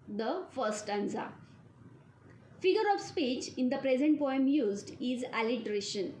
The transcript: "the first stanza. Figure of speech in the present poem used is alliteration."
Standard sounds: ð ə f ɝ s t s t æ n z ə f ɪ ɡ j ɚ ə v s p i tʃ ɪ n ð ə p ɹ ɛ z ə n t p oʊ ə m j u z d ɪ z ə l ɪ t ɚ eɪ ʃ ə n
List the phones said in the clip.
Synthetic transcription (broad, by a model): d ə f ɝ t s t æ n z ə f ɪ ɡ j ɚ ə v s p i tʃ ɪ n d ə p ɹ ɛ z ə n t p oʊ ə m j u z d ɪ z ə l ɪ t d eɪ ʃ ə n